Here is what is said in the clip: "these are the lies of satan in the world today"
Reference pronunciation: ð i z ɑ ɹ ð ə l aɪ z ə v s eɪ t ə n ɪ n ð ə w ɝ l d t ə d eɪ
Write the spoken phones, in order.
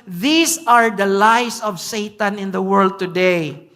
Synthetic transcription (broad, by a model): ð i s ɑ ɹ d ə l aɪ s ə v s eɪ t ə n ɪ n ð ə w ɝ l d t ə d eɪ